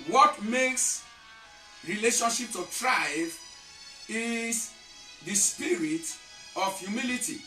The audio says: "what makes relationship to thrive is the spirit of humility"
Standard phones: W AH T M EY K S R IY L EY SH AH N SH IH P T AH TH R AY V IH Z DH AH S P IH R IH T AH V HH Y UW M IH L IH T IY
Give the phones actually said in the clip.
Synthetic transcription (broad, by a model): W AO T M EY K S R IY L EY SH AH N SH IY P T AH T R AY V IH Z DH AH S P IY R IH T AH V Y UW M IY L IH T IY